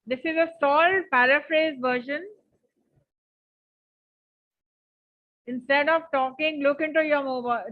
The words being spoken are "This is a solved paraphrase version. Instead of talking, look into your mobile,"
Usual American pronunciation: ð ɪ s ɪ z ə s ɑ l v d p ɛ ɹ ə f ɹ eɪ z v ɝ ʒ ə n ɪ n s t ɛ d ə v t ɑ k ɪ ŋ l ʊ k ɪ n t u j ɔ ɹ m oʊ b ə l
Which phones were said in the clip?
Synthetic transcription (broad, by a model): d ɪ s ɪ z ə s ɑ l p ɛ ɹ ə f ɹ eɪ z v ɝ ʃ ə n ɪ n s t ɛ d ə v t ɑ k ɪ ŋ l ʊ k ɪ n t u j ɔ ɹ m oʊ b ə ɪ